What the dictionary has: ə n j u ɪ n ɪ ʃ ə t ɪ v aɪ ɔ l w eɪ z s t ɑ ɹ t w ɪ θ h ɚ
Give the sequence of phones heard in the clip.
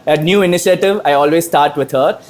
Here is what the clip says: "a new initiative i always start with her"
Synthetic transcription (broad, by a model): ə n j u ɪ n ɪ ʃ ə t ɪ v aɪ ɔ l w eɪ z s t ɑ ɹ t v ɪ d h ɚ